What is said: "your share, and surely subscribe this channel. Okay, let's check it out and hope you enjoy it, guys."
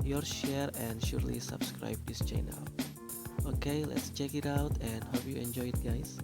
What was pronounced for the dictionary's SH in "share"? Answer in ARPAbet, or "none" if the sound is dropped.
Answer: SH